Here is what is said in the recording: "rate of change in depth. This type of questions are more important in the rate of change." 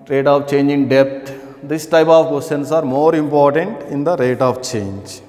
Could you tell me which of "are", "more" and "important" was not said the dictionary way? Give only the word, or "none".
none